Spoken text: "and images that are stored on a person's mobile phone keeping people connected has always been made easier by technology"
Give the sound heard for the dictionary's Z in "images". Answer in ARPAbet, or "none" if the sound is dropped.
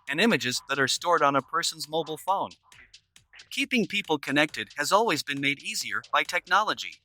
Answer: Z